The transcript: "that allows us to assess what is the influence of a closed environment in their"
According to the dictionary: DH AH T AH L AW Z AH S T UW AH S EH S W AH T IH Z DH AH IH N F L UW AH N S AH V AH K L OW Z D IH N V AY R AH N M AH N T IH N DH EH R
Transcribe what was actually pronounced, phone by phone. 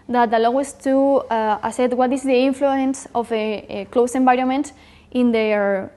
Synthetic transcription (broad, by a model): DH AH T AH L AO AH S T UW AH S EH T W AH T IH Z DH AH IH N F L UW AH N S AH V AH K L OW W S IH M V AY R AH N M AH N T IH N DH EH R